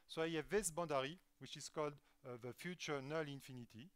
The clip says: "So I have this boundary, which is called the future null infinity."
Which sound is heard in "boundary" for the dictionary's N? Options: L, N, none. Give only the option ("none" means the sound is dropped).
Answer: none